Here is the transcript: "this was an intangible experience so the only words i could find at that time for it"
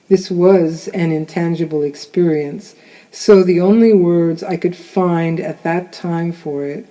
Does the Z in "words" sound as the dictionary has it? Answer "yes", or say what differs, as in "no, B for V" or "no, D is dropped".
yes